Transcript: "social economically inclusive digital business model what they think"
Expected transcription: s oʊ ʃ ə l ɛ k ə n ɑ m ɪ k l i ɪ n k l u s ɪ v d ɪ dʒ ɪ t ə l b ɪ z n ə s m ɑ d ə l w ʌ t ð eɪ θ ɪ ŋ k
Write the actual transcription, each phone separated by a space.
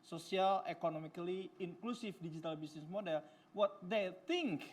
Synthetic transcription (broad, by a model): s oʊ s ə l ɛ k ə n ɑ m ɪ k l i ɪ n k l u s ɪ f d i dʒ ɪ t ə l b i s n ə s m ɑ d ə l w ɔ t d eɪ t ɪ ŋ k